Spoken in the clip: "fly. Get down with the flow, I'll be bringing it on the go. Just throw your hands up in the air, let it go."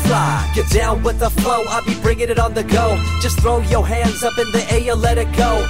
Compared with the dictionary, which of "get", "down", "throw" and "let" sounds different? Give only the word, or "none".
none